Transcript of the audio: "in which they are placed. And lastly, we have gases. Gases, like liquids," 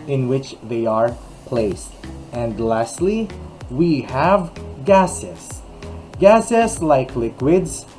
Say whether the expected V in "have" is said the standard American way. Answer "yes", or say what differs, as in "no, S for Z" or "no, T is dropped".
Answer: yes